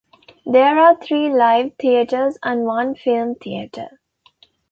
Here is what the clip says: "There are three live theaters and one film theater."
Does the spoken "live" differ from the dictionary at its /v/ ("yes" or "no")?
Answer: no